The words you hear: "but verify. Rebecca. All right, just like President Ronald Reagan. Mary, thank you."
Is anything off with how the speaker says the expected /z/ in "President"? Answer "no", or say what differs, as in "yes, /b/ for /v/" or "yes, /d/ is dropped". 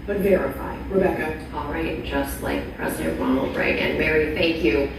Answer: no